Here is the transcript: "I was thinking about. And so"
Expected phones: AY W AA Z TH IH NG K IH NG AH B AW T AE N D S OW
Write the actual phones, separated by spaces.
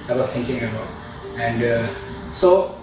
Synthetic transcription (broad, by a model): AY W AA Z T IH NG K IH NG AH B AW T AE N D S OW